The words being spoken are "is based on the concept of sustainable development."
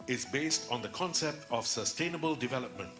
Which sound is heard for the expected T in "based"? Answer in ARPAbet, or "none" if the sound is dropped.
T